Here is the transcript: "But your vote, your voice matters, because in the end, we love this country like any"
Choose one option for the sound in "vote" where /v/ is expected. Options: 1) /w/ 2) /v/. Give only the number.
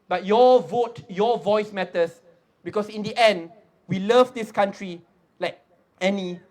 2